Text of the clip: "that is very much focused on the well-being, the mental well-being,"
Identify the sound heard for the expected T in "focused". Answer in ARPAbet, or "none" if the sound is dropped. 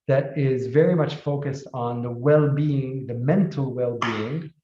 T